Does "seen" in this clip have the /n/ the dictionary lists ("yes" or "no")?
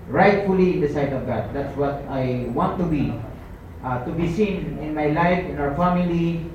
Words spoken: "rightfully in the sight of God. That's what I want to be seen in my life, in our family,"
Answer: yes